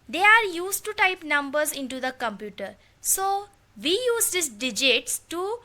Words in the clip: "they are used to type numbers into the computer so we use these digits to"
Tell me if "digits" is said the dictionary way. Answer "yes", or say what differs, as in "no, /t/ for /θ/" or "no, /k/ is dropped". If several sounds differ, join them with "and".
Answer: yes